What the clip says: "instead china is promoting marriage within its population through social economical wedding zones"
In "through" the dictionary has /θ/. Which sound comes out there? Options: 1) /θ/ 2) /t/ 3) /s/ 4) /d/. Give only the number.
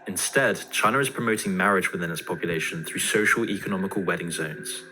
1